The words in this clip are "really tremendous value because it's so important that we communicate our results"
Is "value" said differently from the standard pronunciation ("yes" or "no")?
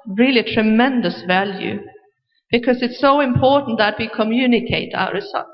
no